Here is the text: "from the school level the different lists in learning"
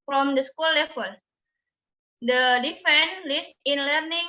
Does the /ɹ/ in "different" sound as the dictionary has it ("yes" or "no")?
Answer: no